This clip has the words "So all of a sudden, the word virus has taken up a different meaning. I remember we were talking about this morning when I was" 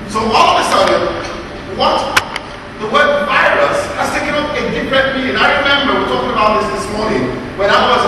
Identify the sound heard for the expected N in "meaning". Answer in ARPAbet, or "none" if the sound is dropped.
none